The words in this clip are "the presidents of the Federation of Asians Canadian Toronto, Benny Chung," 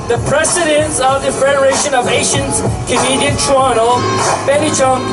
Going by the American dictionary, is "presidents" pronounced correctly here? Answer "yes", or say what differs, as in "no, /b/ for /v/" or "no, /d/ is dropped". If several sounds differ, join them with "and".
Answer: no, /s/ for /z/